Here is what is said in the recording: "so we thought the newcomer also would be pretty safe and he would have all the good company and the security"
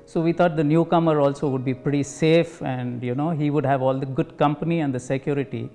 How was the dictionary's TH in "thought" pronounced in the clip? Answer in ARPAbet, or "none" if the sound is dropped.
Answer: T